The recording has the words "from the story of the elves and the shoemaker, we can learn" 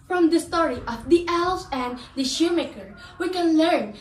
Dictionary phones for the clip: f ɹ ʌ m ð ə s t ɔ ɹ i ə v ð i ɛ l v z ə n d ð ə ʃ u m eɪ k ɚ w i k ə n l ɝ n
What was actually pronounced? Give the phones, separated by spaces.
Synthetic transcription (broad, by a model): f ɹ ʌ m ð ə s t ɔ ɹ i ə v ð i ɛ l z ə n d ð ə ʃ u m eɪ k ɚ w i k ə n l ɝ n